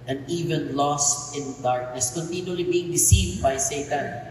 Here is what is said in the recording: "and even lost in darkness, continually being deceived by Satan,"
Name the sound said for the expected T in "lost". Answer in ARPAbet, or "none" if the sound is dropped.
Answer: T